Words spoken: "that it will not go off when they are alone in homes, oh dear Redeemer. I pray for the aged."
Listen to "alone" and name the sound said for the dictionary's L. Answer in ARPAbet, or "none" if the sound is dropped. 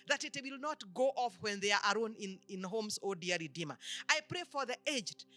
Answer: N